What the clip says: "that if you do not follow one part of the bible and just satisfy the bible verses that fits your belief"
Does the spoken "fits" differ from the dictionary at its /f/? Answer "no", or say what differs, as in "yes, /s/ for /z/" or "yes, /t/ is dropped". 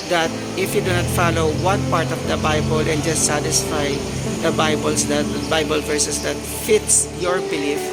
no